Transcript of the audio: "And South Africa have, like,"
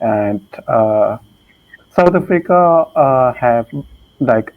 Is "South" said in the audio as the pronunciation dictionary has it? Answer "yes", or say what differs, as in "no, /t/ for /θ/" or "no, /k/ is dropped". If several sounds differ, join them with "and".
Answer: no, /t/ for /θ/